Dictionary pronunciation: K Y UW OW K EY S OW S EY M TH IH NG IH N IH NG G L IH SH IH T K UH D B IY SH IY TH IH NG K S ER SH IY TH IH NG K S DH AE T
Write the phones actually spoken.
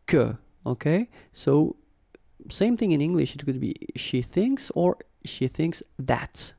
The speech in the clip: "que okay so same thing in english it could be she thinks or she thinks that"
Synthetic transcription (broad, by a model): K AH OW K EY S OW S EY M TH IH NG IH N IH NG G L IH SH IH T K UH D B IY SH IY TH IH NG K S ER SH IY TH IH NG K S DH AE T